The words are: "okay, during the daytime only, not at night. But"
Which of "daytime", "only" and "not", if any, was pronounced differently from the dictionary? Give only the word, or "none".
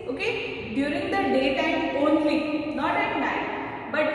daytime